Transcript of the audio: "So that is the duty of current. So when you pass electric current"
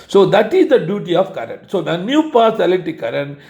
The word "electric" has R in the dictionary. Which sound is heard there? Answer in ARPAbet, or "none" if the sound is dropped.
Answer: none